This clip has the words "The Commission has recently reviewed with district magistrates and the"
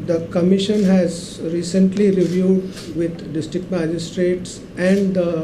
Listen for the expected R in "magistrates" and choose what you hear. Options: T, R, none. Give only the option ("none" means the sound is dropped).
R